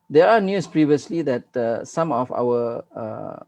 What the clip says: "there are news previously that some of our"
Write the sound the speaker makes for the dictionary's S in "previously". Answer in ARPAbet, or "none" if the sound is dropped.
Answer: S